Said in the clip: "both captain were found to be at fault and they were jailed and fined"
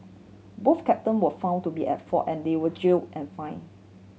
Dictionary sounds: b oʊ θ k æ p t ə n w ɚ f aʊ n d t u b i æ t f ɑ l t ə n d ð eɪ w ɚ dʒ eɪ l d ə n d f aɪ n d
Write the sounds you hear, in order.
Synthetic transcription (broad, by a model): b oʊ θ k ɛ p t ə n w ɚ f aʊ n t u b i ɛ t f ɑ t ə n d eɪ w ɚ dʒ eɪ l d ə n f aɪ n